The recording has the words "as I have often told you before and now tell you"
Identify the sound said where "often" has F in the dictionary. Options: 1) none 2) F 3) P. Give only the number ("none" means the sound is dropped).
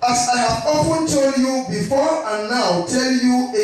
3